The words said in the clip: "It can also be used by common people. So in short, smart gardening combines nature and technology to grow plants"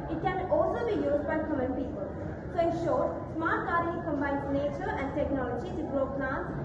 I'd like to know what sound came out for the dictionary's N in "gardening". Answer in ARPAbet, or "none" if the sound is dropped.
none